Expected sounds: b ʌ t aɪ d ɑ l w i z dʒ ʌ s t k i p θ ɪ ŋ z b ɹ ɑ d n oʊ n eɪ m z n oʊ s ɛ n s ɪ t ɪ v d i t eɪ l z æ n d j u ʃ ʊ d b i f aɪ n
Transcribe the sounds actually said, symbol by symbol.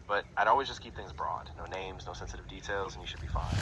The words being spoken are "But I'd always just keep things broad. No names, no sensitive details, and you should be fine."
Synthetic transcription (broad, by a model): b ʌ t aɪ d ɑ l w i z dʒ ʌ s k i p θ ɪ ŋ z b ɹ ɑ d n oʊ n eɪ m z n oʊ s ɛ n s ɪ t ɪ v d i t eɪ l z n j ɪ ʃ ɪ d b i f aɪ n